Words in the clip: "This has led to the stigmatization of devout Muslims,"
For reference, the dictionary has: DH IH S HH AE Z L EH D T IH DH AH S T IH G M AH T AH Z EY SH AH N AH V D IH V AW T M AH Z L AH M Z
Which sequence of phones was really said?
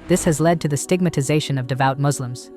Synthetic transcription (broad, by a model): DH IH S HH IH Z L EH D T IH DH AH S T IH G M AH T AH Z EY SH AH N AH V D IH V AW T M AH Z L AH M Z